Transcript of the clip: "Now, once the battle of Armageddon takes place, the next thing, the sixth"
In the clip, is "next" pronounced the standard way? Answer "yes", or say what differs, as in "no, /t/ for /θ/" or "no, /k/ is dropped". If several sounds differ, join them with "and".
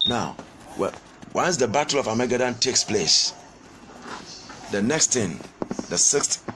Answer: yes